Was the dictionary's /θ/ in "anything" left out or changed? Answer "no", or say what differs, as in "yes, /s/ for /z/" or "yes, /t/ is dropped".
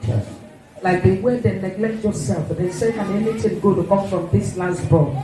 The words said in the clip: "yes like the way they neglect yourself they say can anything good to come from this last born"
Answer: yes, /t/ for /θ/